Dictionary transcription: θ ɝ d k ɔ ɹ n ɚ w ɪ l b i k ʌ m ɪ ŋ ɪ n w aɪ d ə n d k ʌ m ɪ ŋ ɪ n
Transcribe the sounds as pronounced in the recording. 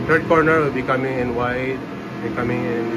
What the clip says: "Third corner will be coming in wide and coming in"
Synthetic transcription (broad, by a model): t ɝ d k ɔ ɹ n ɚ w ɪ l b i k ʌ m ɪ ŋ ɪ n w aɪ ə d k ʌ m ɪ ŋ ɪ n